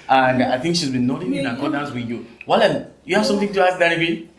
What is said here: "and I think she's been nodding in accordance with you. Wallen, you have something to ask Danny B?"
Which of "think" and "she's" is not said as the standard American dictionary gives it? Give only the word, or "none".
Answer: none